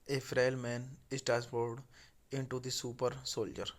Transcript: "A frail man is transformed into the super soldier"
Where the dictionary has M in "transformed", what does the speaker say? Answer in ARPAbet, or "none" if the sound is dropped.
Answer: none